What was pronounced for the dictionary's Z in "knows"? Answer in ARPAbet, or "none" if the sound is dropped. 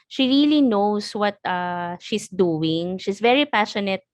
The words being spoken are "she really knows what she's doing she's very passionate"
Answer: S